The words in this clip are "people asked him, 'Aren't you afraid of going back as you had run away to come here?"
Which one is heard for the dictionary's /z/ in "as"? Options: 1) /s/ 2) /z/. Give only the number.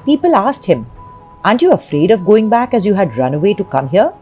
2